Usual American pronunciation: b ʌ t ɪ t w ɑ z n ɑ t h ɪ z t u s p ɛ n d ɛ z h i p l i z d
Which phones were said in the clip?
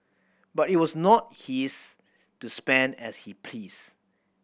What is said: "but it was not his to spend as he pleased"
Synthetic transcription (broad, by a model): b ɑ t ɪ t w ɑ s n ɑ t h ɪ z t u s p ɛ n d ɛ s h i p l i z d